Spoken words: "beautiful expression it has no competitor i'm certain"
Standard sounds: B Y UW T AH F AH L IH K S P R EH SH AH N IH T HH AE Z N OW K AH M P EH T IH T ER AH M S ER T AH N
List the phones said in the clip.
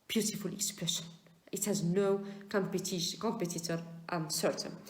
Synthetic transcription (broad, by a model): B Y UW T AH F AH L IH K S P R EH SH AH N IH T HH AE Z N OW K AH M P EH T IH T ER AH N S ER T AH N